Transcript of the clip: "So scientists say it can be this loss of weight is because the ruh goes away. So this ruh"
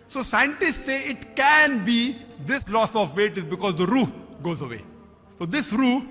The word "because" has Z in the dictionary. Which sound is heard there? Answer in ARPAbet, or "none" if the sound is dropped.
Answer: Z